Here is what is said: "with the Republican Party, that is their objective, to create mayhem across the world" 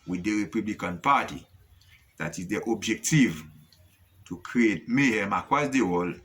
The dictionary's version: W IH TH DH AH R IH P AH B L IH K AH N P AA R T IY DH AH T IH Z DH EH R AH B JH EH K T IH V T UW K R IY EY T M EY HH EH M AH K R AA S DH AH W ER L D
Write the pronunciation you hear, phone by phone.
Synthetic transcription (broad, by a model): W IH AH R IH P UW B L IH K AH N P AA T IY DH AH T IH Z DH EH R AH B JH EH K T IH V T UW K R IY EY T M EY HH EH M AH K W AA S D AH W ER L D